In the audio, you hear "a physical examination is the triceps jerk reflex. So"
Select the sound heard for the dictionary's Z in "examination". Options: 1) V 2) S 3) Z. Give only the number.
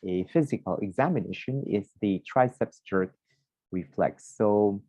3